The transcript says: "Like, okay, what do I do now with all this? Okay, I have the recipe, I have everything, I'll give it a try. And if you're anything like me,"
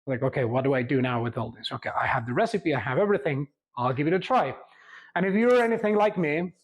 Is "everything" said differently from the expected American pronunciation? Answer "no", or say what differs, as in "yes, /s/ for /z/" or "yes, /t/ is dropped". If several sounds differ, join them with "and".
no